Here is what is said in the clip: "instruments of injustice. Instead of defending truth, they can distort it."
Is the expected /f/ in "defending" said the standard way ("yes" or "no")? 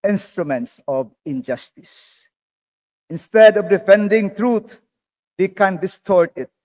yes